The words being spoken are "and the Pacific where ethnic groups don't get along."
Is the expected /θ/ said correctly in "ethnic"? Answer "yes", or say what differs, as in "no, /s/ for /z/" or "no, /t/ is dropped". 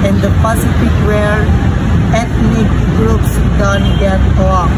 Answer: no, /t/ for /θ/